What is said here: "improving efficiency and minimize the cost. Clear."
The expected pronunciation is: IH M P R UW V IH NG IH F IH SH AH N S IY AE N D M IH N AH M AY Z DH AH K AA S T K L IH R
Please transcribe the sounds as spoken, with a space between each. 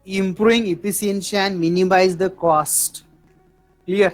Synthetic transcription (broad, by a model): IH M P R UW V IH NG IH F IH S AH N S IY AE N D M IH N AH M AY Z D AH K AA S T K L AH R